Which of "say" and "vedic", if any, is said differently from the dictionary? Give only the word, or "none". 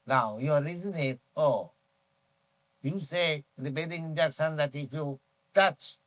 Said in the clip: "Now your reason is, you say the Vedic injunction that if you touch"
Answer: vedic